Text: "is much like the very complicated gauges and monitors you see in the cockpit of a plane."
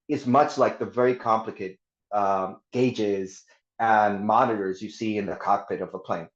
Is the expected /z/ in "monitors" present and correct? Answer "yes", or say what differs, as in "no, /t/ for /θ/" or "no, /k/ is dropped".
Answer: yes